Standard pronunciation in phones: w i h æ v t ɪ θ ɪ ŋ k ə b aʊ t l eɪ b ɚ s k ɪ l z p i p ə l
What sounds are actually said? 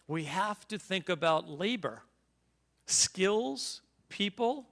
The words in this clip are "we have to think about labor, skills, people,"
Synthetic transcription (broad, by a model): w i h æ f t ɪ θ ɪ ŋ k ə b aʊ t l eɪ b ɚ s k ɪ l z p i p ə l